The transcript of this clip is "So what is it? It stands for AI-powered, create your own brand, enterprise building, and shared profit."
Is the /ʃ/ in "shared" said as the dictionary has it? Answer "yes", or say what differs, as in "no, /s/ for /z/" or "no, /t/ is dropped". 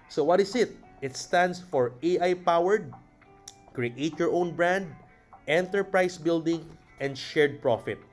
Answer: yes